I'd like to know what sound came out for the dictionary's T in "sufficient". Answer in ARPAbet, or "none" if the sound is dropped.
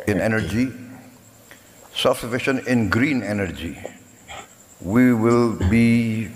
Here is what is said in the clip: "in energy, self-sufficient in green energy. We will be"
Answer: none